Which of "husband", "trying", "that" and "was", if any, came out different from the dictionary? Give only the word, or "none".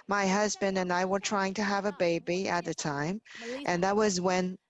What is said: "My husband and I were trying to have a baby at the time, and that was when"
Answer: none